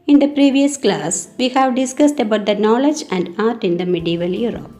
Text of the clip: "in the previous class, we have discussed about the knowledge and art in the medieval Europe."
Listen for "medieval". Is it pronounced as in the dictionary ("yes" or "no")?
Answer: yes